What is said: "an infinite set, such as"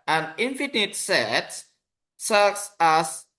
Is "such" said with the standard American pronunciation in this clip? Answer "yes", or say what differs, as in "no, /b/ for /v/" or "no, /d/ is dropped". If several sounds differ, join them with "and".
no, /s/ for /tʃ/